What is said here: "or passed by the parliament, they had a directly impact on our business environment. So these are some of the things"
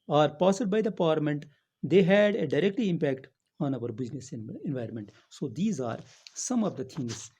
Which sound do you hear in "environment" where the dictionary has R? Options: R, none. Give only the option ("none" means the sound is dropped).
R